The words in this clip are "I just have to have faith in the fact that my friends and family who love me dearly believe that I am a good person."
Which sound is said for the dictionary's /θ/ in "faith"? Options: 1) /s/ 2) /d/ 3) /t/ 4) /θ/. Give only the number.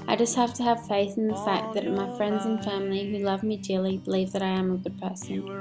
4